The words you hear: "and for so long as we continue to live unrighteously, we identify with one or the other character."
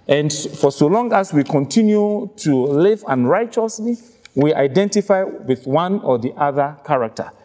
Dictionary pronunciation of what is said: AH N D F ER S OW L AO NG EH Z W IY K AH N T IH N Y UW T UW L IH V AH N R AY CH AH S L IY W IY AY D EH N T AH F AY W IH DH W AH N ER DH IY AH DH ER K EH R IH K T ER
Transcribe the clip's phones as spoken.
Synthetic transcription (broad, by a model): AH N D F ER S OW L AO NG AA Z W IY K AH N T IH N Y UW T UW L IH V AH N R AY CH AH S L IY W IY AY D EH N T AH F AY W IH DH W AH N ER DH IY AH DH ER K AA R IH K T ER